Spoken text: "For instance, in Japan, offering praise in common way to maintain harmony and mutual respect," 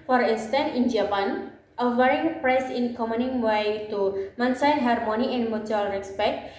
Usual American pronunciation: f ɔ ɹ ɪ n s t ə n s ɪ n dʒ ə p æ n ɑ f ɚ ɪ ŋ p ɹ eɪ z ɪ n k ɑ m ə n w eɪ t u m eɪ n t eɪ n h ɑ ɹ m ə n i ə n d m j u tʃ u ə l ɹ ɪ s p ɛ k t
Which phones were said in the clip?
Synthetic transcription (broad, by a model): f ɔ ɹ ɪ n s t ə n ɪ n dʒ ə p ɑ n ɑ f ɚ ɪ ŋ p ɹ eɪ s ɪ n k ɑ m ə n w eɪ t u m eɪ n s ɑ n h ɑ ɹ m ə n i ə n d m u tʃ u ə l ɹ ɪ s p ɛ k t